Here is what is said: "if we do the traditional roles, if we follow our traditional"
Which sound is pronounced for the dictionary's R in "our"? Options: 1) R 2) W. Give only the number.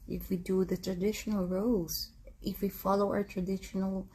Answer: 1